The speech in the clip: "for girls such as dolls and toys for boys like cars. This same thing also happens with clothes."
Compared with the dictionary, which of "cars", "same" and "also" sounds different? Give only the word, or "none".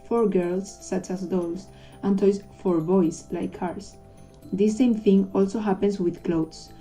cars